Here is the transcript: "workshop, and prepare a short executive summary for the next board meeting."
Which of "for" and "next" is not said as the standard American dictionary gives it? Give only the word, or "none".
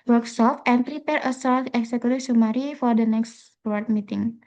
none